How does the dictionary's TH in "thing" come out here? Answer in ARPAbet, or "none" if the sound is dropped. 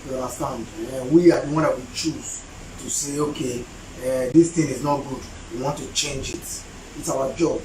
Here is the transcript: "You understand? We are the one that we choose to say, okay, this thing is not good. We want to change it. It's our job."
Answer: T